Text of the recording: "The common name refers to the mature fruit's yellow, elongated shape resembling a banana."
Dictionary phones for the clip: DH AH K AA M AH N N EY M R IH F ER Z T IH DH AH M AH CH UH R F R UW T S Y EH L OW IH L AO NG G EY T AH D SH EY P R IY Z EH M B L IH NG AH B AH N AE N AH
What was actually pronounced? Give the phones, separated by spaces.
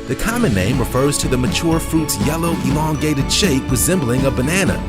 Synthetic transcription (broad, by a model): DH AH K AA M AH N N EY M R IH F ER Z T IH DH AH M AH CH UH R F R UW T S Y EH L OW IH L AO NG G EY T AH D SH EY P R IY Z EH M B L IH NG AH B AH N AE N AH